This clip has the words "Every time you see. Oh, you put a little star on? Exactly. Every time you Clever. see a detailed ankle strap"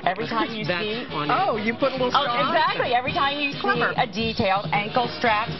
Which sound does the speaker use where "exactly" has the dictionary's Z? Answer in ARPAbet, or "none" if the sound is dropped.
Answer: Z